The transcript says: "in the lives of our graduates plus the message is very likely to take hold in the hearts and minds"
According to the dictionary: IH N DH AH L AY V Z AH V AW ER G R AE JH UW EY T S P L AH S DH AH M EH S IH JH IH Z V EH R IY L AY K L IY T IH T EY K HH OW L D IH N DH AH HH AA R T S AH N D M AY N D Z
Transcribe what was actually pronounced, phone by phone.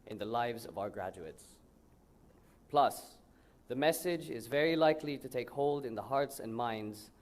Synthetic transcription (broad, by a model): IH N DH AH L AY V Z AH V AW ER G R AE JH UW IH T S P L AH S DH AH M EH S IH JH IH Z V EH R IY L AY K L IY T IH T EY K HH OW L D IH N DH AH HH AA R T S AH N M AY N D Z